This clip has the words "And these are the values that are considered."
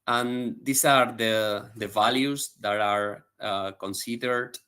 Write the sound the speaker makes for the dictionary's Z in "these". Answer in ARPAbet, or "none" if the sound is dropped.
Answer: S